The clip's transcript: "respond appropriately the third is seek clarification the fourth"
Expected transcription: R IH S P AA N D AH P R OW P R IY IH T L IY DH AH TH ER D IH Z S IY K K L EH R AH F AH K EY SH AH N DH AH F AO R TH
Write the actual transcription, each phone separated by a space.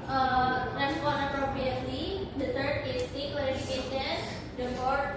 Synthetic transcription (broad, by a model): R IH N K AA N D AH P R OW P R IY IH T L IY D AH T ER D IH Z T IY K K EH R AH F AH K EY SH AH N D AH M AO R